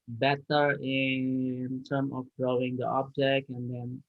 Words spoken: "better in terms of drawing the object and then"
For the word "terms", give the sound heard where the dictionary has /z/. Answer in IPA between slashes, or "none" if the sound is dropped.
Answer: none